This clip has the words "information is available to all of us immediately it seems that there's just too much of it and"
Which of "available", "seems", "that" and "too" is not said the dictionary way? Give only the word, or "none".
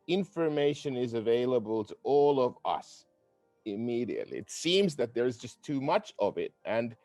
none